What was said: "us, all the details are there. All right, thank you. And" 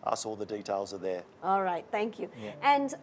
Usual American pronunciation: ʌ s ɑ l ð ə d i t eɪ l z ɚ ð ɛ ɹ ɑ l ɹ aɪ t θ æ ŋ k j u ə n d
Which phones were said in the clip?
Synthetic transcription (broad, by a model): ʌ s ɑ l ð ə d i t eɪ l z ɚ ð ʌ ɑ l ɹ aɪ t θ æ ŋ k j u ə n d